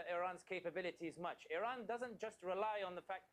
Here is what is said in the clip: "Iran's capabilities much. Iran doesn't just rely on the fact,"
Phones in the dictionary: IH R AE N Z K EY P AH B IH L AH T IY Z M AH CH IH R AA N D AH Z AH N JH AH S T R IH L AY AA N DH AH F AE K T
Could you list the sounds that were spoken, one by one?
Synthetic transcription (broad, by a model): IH R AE N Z K EY P AH B IH L AH T IY Z M AH CH IH R AA N D AH Z AH N JH AH S T R IH L AY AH N DH AH F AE K